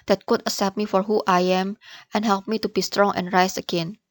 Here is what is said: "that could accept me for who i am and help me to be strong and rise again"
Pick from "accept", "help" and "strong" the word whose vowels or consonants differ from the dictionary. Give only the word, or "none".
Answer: accept